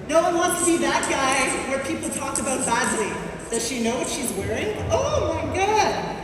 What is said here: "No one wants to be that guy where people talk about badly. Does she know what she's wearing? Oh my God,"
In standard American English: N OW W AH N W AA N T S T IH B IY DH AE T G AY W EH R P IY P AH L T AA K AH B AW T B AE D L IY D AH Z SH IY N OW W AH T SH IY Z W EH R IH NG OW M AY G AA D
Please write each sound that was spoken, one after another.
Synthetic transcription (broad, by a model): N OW W AH N W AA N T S T IH B IY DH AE T G AY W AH R P IY P L T AA K AH B AW T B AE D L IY D AH Z SH IY N OW W AH T SH IY Z W EH R IH NG OW M AY G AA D